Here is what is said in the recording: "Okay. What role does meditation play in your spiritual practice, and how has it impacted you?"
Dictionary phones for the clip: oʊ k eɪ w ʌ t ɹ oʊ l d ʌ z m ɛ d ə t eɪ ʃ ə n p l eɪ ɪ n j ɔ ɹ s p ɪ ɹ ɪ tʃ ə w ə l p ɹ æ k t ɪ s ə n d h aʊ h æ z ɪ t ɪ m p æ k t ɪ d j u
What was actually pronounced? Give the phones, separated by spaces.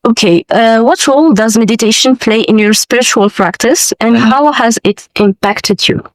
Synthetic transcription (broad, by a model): oʊ k eɪ w ʌ t ɹ oʊ l d ʌ z m ɛ d ə t eɪ ʃ ə n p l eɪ ɪ n j ɔ ɹ s p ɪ ɹ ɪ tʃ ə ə l p ɹ æ k t ɪ s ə n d h aʊ h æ z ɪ t ɪ m p æ k t ɪ d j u